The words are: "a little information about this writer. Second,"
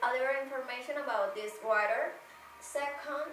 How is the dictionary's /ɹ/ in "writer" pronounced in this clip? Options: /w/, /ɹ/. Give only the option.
/w/